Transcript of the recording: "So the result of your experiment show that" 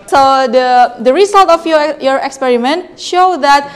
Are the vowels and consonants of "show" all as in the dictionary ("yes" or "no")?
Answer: yes